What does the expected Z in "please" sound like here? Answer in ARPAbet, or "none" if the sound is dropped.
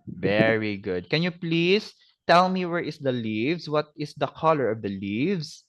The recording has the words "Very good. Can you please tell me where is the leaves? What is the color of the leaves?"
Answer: S